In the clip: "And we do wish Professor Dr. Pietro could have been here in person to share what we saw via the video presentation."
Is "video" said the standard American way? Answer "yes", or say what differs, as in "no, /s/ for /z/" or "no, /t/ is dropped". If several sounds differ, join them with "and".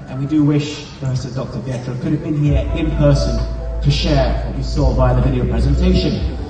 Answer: yes